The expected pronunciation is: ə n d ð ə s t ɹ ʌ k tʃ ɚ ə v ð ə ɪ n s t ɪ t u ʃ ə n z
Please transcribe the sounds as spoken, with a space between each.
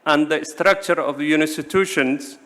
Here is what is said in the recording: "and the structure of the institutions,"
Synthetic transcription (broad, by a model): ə n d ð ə s t ɹ ʌ k tʃ ɚ ə v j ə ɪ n s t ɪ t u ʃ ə n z